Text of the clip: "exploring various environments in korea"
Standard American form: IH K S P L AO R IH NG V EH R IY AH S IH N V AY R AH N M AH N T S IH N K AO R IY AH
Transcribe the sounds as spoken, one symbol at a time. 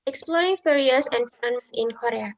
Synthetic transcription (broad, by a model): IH K S P L AO R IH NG F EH R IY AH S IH N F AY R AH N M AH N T IH N K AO R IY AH